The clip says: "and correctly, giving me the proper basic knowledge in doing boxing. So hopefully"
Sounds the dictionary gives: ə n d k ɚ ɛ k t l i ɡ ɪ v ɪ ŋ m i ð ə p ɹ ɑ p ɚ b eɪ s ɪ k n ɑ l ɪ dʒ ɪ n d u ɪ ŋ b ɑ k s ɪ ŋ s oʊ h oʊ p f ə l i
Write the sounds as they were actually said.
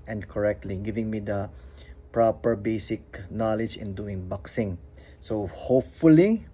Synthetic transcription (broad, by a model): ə n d k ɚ ɛ k t l i ɡ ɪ v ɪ ŋ m i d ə p ɹ ɑ p ɚ b eɪ s ɪ k n ɑ l ɪ dʒ ɪ n d u ɪ ŋ b ɑ k s ɪ ŋ s oʊ h oʊ p f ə l i